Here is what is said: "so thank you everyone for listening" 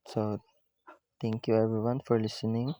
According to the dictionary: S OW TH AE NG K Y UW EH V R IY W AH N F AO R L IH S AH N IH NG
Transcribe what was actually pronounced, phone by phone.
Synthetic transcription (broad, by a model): S OW T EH NG K Y UW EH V R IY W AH N F AO R L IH S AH N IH NG